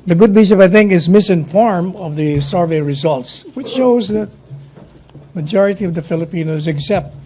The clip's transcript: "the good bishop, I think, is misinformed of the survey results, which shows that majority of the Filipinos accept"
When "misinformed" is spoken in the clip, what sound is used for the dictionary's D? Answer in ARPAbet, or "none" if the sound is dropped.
none